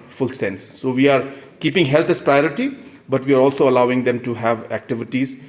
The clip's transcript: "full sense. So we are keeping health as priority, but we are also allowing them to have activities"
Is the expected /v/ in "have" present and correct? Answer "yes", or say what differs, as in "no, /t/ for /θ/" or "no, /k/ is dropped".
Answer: yes